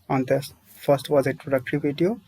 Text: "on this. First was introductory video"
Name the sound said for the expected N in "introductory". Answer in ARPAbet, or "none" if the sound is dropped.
none